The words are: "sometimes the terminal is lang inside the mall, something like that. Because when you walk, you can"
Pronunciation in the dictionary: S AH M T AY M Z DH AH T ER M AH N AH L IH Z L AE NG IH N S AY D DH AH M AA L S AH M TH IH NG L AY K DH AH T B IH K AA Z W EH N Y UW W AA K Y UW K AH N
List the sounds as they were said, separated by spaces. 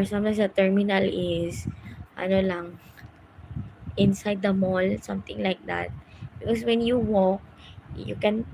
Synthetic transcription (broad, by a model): S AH M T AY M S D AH T ER M AH N AH L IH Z L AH NG IH N S AY D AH M AA L S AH M T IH NG L AY K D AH T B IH K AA S W EH N Y UW W AA K Y UW K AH N